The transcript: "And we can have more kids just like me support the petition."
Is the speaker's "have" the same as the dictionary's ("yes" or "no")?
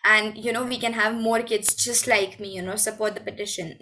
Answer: yes